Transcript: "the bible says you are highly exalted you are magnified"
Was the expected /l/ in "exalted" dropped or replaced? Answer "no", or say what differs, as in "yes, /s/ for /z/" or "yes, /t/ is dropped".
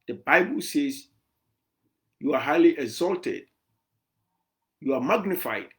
no